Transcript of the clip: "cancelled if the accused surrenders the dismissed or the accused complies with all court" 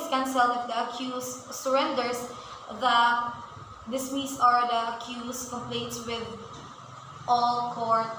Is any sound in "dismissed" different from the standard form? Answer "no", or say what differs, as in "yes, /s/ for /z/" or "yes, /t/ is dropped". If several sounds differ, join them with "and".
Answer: yes, /t/ is dropped